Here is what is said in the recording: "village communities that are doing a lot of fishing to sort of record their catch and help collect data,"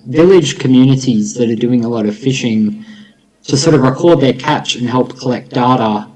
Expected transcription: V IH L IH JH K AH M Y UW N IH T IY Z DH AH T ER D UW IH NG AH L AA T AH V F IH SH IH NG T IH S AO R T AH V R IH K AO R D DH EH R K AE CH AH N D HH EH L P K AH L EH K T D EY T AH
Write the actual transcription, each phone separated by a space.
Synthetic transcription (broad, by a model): V IH L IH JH K AH M Y UW N IH T IY Z DH AH T ER D UW IH NG AH L AA T AH V F IH SH IH NG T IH S AO R T AH V R IH K AO R D DH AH R K AE CH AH N HH EH L P K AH L EH K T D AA T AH